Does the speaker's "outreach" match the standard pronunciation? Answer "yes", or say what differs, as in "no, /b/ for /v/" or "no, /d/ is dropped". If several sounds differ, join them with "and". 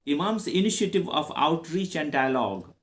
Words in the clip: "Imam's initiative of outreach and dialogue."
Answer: yes